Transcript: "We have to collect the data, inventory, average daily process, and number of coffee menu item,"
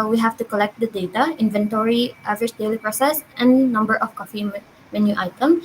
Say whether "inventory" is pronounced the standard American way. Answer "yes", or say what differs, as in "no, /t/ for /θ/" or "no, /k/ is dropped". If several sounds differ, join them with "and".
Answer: yes